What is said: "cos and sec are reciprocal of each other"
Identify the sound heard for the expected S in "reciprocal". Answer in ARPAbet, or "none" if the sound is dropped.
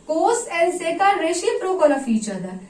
SH